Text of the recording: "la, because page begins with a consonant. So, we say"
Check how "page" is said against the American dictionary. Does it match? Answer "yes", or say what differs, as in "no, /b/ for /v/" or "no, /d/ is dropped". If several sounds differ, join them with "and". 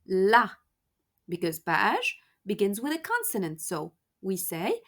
no, /b/ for /p/ and /ʃ/ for /dʒ/